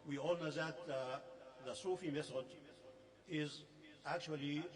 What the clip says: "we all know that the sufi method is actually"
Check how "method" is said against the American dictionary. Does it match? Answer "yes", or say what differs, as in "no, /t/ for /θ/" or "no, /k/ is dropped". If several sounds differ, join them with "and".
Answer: no, /s/ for /θ/